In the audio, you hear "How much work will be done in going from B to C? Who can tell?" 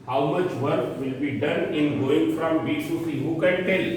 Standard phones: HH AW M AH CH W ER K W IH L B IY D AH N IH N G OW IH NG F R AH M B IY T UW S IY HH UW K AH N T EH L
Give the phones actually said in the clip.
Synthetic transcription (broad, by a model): HH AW M AH CH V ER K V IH L B IY D AH N IH N G OW IH NG F R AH M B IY S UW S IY HH UW K AH N T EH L